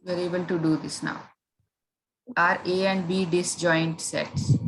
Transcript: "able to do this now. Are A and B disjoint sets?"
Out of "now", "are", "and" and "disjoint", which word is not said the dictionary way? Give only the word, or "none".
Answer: none